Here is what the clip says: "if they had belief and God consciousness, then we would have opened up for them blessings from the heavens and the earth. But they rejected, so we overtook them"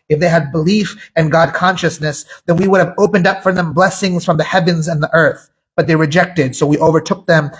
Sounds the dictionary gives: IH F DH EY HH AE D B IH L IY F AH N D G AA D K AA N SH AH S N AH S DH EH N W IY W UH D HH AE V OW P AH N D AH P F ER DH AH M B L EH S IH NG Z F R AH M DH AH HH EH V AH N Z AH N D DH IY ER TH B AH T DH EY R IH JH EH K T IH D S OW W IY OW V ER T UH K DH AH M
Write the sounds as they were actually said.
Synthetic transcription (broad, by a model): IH F DH EY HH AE D B IH L IY F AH N G AA D K AA N SH AH S N AH S DH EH N W IY W UH D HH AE V OW P AH N D AH P F ER DH AH M B L EH S IH NG Z F R AH M DH AH HH EH V AH N Z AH N DH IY ER TH B AH T DH EY R IH JH EH K T IH D S OW W IY OW V ER T UH K DH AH M